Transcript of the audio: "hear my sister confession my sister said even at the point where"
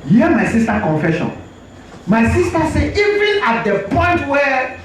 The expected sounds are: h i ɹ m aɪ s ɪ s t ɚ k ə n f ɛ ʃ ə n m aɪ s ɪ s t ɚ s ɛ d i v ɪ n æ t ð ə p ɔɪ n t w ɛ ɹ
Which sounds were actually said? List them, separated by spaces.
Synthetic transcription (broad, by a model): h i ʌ m aɪ s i s t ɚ k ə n f ɛ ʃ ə n m aɪ s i s t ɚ s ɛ i v ɪ n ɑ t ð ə p ɔɪ n t w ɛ